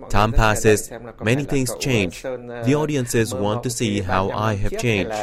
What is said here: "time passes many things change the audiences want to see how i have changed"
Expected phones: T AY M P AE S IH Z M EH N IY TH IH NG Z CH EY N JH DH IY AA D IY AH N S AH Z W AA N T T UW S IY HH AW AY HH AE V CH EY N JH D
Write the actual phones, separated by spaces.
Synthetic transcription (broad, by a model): T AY M P AE S IH Z M EH N IY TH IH NG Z CH EY N JH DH IY AA D IY AH N S AH Z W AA N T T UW S IY HH AW AY HH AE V CH EY N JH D